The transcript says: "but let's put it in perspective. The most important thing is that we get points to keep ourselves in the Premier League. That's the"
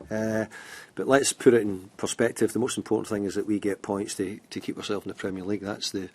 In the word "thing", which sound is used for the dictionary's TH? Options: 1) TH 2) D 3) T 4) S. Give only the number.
1